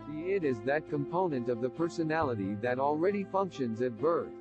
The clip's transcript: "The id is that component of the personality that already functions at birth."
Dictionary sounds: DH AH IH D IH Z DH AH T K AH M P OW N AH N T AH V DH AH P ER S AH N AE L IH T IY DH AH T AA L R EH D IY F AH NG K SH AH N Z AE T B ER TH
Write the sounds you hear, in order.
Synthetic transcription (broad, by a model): IH D IH Z DH AH T K AH M P OW N AH N T AH V DH AH P ER S AH N AE L IH T IY DH AH T L R EH D IY F AH NG K SH AH N Z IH T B ER TH